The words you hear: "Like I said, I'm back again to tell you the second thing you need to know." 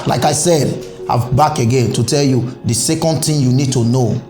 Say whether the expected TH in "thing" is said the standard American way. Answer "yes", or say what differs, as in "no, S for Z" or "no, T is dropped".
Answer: no, T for TH